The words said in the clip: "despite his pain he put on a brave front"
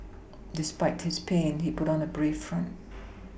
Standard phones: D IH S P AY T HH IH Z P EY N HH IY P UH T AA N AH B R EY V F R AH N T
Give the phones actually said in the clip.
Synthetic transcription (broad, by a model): D IH S P AY T HH IH Z P EY N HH IY P UH T N AH B R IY F R AH N T